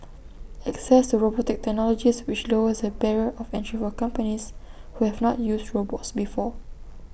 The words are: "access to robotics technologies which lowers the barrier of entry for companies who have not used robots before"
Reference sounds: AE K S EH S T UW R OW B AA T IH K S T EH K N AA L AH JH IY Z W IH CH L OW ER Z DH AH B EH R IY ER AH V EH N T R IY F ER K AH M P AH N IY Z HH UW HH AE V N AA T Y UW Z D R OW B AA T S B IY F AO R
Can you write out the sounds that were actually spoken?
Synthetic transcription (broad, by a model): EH K S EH S T UW R OW B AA T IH K T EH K N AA L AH JH IY S W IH CH L OW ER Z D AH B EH R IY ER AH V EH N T R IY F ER K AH M P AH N IY S HH UW HH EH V N AA T Y UW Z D R OW B AA T S B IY F AO